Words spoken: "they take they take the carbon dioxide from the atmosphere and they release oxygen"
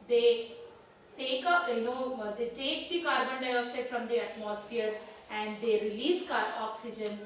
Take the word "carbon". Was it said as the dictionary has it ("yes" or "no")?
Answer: yes